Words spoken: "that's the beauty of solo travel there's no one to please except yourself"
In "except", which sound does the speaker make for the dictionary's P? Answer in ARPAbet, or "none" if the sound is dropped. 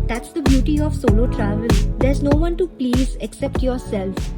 P